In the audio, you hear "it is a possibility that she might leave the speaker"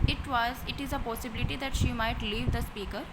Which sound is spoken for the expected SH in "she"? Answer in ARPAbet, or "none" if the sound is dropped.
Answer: SH